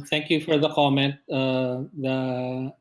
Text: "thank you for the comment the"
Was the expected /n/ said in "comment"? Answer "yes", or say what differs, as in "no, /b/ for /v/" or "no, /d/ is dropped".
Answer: yes